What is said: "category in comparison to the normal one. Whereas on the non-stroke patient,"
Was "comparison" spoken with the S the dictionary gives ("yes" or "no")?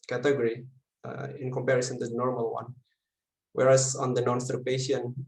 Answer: yes